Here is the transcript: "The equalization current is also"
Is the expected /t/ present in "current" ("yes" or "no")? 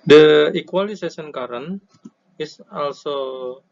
no